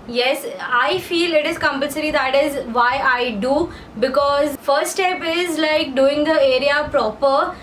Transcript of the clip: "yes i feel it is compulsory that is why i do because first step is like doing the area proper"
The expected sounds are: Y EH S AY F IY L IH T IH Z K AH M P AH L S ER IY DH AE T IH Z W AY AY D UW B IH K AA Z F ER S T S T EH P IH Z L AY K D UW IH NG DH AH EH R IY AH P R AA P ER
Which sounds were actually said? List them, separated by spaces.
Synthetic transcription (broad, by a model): Y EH S AY F IY L IH T IH Z K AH M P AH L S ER IY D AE T IH Z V AY AY D UW B IH K AA Z F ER T S T EH P IH Z L AY K D UW IH NG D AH EH R IY AH P R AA P ER